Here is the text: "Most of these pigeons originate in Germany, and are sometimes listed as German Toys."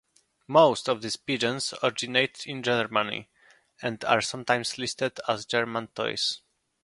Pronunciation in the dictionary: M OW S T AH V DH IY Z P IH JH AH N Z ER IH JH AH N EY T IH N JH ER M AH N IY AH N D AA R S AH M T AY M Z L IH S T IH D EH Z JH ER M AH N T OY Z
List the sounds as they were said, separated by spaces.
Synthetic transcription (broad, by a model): M OW S T AH V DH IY S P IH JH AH N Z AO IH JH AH N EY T IH N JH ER M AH N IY AH N D AA R S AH M T AY M S L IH S T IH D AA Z JH ER M AH N T OY S